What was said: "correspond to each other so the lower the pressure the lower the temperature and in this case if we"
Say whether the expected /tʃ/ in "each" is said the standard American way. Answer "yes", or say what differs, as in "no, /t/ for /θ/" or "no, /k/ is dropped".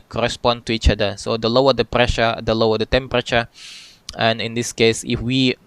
yes